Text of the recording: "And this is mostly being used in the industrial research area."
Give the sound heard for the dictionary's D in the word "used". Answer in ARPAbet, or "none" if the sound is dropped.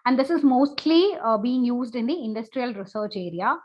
D